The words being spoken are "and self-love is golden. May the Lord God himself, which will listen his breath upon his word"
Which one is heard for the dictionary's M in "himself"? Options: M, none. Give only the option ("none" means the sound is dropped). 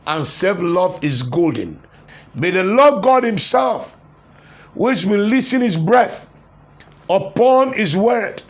M